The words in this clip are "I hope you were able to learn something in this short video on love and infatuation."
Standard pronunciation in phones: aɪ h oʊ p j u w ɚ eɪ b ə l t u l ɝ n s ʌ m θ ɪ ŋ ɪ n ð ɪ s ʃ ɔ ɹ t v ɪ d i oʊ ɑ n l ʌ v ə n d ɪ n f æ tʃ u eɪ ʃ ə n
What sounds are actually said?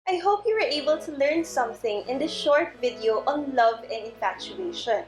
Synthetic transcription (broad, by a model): aɪ h oʊ p j u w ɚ eɪ b ə l t u l ɝ n s ʌ m θ ɪ ŋ ɪ n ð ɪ ʃ ɔ ɹ t v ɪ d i oʊ ɑ n l ʌ v ə n d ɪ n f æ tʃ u eɪ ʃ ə n